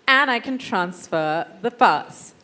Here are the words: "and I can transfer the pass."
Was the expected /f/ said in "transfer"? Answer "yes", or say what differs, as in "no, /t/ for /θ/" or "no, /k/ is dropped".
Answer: yes